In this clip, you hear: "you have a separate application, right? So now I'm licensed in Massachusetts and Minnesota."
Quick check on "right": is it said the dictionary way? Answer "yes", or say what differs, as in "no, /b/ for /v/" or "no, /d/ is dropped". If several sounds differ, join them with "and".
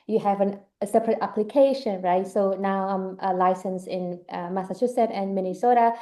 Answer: yes